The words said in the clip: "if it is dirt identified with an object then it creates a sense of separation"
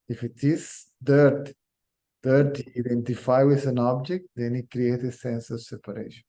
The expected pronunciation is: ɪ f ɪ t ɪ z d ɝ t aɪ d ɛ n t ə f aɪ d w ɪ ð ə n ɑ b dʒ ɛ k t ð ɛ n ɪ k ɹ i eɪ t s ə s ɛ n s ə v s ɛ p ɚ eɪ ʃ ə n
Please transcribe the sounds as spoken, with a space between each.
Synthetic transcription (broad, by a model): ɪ f ɪ t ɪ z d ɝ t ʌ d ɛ n t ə f aɪ w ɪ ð ə n ɑ b dʒ ɛ k t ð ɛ n ɪ k ɹ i eɪ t ə s ɛ n s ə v s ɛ p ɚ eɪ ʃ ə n